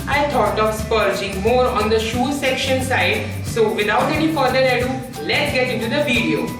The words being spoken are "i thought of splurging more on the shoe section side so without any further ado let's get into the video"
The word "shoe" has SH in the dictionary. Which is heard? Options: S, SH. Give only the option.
SH